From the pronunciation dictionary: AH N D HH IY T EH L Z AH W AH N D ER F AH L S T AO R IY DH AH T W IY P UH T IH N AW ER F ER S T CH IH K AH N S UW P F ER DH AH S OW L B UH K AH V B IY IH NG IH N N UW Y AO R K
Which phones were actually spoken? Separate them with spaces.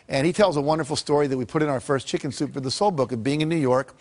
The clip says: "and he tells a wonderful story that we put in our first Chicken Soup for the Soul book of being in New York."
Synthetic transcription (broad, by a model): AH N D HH IY T EH L Z AH W AH N D ER F L S T AO R IY DH AH T W IY P UH T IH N AW ER F ER S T CH IH K AH N S UW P F ER DH AH S OW L B UH K AH V B IY IH NG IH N N UW Y AO R K